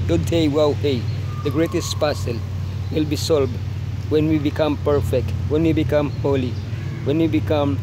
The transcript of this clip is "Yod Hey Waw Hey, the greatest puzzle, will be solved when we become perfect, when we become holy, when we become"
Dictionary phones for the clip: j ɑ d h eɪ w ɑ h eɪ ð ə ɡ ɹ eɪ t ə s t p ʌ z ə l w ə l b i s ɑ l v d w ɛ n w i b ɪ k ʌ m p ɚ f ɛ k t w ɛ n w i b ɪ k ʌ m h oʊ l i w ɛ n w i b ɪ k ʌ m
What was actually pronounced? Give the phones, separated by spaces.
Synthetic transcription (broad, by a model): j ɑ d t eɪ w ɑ h eɪ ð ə ɡ ɹ eɪ t ə s t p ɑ s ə l w ə l b i s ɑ l b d w ɛ n w i b ɪ k ʌ m p ɚ f ɛ k t w ɛ n w i b ɪ k ʌ m h oʊ l i w ɛ n w i b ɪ k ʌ m